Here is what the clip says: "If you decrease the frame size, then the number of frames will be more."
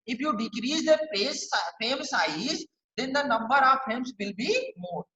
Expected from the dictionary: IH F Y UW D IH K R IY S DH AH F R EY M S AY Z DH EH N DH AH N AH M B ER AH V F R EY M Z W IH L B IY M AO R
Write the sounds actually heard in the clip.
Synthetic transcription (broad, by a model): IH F Y UW D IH K R IY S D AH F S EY M S AY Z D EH N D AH N AH M B ER AH V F EY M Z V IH L B IY M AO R